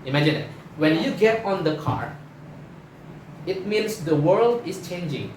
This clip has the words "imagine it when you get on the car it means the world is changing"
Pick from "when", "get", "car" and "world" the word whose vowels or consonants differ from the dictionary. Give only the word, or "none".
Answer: none